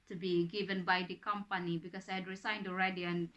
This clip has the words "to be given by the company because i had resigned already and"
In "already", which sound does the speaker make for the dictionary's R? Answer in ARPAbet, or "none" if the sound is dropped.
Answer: R